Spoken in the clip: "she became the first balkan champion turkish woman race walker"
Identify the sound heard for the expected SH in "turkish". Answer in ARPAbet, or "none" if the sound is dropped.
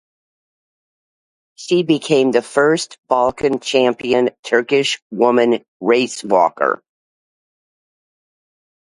SH